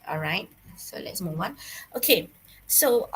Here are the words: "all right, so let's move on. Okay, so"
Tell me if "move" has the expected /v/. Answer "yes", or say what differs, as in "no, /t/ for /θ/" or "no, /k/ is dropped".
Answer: no, /w/ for /v/